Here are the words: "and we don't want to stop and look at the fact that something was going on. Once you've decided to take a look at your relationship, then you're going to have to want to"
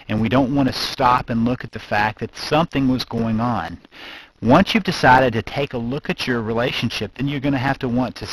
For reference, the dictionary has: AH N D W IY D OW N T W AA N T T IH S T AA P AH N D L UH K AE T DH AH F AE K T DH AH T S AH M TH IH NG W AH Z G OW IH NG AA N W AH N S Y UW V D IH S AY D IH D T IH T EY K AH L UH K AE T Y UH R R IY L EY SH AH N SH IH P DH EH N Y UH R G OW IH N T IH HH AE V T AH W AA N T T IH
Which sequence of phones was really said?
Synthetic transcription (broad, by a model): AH N W IY D OW N T W AA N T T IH S T AA P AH N L UH K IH T DH AH F AE K DH AH T S AH M TH IH NG W AH Z G OW IH NG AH N W AH N S Y UW V D IH S AY D IH D T IH T EY K AH L UH K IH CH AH R R IY L EY SH AH N SH IH P DH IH N Y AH R G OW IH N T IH HH AE F T AH W AA N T T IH